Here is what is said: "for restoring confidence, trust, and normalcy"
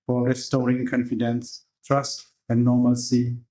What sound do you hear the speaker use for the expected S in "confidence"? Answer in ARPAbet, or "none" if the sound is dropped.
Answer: S